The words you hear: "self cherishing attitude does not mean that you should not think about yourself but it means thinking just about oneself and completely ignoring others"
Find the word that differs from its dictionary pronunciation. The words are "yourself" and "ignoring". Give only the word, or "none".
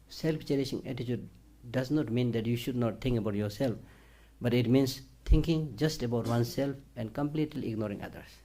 none